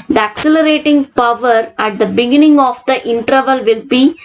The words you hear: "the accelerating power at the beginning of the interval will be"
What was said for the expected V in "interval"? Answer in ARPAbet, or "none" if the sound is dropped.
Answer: V